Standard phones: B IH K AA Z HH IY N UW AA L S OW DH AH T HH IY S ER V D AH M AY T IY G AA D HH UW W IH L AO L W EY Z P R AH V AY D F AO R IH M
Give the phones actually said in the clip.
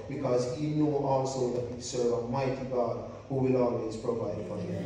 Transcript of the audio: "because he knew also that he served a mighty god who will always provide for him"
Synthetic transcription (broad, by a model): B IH K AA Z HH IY N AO AA L S OW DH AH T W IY S ER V AH M AY T IY G AA D HH UW W IH L AO L W EY Z P R AH V AY D F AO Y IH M